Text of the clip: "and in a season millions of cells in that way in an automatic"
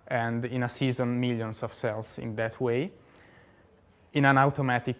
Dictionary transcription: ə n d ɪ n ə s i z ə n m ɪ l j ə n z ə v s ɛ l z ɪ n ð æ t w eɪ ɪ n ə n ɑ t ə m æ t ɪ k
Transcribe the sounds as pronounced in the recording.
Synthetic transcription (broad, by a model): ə n d ɪ n ə s i z ə n m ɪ l j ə n s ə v s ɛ l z ɪ n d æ t w eɪ ɪ n ə n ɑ t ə m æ t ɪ k